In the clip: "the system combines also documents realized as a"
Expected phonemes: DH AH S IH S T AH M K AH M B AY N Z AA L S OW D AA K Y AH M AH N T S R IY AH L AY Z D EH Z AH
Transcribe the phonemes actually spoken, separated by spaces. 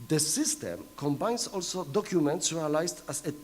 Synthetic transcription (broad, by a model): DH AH S IH S T AH M K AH M B AY N S AA L S OW D AA K Y AH M AH N T S R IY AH L AY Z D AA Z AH